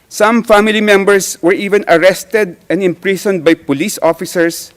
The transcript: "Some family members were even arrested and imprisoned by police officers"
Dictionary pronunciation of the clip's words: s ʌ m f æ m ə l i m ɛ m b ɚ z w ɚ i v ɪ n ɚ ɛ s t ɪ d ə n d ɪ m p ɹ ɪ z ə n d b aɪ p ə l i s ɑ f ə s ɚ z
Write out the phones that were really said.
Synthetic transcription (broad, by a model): s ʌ m f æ m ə l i m ɛ m b ɚ s w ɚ i v ɪ n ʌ ɛ s t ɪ d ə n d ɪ m p ɹ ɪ s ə n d b aɪ p ə l i s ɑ f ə s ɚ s